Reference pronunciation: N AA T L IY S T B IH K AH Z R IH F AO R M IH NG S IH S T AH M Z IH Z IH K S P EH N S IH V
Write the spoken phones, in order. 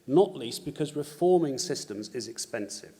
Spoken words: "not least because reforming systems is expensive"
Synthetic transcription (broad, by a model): N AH T L IY S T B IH K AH Z R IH F AO M IH NG S IH S T AH M Z IH Z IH K S P EH N S IH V